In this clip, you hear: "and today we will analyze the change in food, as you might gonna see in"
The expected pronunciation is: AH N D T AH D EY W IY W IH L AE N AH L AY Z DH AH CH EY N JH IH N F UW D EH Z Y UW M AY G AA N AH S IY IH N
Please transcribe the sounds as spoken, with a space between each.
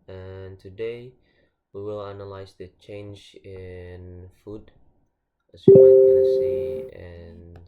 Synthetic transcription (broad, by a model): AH N T AH D EY W IY W IH L AE N AH L AY Z DH AH CH EY N JH IH N F UW D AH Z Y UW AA AH S IY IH N